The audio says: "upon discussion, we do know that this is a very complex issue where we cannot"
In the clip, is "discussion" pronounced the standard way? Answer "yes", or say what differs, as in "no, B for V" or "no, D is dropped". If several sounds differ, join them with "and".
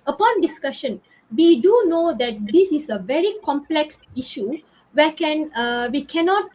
yes